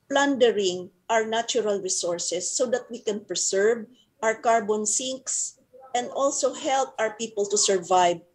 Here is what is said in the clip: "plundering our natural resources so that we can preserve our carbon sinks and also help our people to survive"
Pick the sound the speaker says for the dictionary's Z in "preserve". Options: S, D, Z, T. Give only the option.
S